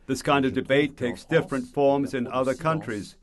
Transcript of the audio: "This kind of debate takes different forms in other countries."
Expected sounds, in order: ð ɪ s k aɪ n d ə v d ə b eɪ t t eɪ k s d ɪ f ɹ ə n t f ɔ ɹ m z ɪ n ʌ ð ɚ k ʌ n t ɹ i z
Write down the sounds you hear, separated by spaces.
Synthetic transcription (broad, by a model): ð ɪ s k aɪ n d ə v d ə b eɪ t t eɪ k s d ɪ f ɹ ə n t f ɔ ɹ m z ɪ n ʌ ð ɚ k ʌ n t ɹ i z